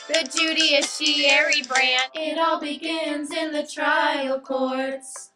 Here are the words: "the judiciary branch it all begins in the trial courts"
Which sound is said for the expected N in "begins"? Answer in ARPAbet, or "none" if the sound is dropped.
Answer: N